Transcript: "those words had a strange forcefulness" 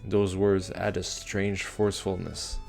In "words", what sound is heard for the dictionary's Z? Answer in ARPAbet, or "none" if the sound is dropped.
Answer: Z